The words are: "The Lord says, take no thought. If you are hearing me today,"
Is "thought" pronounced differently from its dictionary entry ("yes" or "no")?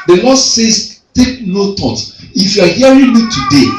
yes